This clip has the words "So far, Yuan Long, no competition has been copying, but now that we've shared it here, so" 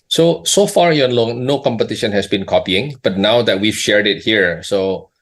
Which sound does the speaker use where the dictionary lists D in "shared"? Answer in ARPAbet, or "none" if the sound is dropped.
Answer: D